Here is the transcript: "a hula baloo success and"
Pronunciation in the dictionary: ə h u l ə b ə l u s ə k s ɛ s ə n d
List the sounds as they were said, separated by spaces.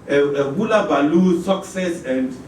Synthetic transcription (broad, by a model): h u l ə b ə l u s ə k s ɛ s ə n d